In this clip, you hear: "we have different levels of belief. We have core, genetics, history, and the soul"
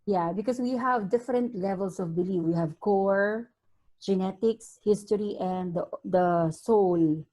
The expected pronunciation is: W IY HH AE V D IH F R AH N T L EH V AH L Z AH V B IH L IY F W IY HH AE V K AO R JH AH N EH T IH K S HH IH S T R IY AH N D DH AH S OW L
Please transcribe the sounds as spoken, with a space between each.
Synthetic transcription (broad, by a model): W IY HH AE V D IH F R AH N T L EH V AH L S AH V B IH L IY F W IY HH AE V K AO R JH AH N EH T IH K S HH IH S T R IY AH N D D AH S OW L